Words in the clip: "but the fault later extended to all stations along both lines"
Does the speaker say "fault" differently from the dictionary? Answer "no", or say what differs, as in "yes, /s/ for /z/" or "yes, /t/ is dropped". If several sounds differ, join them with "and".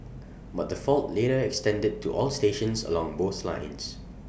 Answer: no